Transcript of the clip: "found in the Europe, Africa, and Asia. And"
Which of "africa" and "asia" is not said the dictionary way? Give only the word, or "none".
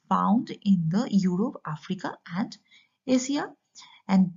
asia